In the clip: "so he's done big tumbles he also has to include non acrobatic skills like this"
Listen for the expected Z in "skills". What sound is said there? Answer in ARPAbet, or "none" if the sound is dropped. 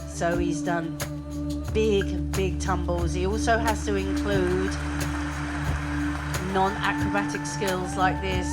Z